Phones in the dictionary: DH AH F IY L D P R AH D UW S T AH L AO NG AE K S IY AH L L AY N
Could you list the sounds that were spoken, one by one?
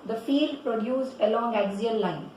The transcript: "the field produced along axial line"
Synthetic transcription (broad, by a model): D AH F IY D P R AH D UW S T AH L AO NG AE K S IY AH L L AY N